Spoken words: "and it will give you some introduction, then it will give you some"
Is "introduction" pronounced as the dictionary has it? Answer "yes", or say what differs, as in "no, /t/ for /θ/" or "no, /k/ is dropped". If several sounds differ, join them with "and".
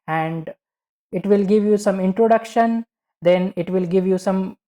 yes